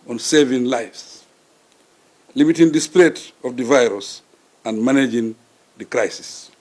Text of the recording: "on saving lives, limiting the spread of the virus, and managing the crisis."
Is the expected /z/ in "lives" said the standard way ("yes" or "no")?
no